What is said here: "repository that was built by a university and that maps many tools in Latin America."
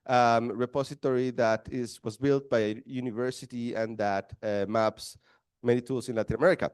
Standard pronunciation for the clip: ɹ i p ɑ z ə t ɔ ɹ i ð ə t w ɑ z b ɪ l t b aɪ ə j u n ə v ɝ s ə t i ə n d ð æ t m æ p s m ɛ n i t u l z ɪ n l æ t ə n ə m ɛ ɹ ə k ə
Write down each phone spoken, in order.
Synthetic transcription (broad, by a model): ɹ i p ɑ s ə t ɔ ɹ i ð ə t w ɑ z b ɪ l t b aɪ ə j u n ə v ɝ s ə t i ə n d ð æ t m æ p s m ɛ n i t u l s ɪ n l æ t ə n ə m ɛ ɹ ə k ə